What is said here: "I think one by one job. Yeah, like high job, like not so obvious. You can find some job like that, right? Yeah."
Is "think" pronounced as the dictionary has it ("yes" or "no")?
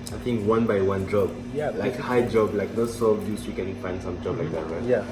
no